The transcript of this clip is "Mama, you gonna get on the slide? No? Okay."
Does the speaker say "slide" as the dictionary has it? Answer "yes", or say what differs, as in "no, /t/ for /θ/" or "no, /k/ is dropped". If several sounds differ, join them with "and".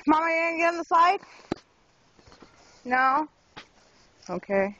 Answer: no, /l/ is dropped